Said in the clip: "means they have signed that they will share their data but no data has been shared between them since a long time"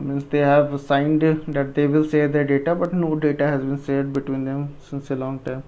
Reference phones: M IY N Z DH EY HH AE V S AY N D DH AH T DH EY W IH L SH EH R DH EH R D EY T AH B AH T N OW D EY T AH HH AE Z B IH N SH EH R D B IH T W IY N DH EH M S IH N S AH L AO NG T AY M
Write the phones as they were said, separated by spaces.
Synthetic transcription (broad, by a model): M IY N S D EY HH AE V S AY N D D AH T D EY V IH L S EH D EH R D EY T AH B AH T N OW D EY T AH HH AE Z B IH N S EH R D B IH T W IY N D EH M S IH N S AH L AO NG T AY M